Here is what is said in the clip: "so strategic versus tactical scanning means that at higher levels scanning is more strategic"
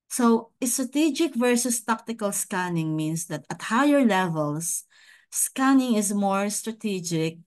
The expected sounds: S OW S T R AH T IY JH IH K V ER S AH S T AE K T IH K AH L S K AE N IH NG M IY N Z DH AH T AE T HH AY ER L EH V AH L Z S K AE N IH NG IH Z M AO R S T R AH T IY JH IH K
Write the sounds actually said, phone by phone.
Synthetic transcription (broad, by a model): S OW S T R AH T IY JH IH K V ER S AH S T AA K T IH K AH L S K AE N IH NG M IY N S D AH T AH T HH AY ER L EH V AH L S S K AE N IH NG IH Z M AO R S T R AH T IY JH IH K